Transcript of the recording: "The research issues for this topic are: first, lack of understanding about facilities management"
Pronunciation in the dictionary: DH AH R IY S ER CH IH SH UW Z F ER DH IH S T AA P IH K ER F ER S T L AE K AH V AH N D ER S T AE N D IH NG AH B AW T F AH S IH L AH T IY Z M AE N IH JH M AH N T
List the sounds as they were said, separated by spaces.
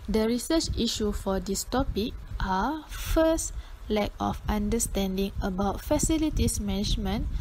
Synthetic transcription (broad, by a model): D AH R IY S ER CH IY SH UW F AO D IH S T AA P IH K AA F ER S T L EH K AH F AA N D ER S T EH N D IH NG AH B AW T F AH S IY L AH T IY S M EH N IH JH M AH N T